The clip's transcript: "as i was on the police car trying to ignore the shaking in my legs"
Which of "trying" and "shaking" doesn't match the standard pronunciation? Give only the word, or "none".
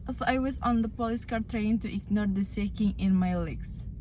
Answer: shaking